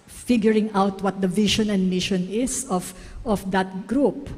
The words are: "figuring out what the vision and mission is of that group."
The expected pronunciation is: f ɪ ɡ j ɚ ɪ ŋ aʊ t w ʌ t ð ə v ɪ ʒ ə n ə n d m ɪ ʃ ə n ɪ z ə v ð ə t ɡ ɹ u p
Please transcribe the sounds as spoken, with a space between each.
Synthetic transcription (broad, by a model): f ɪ ɡ j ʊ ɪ ŋ aʊ t w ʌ t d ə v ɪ ʃ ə n ə n d m ɪ ʃ ə n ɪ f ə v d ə t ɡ ɹ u p